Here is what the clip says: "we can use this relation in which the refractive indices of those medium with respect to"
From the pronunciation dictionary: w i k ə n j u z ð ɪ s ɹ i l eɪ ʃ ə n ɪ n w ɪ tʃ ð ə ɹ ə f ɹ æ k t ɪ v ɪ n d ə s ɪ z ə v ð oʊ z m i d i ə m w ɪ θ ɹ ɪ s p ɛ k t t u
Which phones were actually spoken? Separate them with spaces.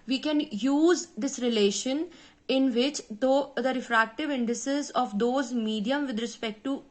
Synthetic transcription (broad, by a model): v i k ə n j u z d ɪ s ɹ i l eɪ ʃ ə n ɪ n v ɪ tʃ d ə ɹ ə f ɹ æ k t ɪ v ɪ n d ə s ɪ z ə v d oʊ z m i d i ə m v ɪ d ɹ ɪ s p ɛ k t t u